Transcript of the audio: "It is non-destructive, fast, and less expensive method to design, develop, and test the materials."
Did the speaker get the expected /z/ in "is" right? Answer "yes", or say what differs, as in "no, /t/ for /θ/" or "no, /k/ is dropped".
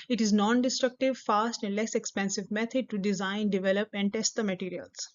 yes